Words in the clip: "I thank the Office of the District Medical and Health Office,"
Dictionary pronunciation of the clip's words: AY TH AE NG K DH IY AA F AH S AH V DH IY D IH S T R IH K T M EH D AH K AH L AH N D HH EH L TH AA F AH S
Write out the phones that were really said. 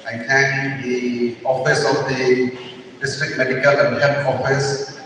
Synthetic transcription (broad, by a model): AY T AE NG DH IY AA F AH S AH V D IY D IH S T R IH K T M EH D AH K AH L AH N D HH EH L T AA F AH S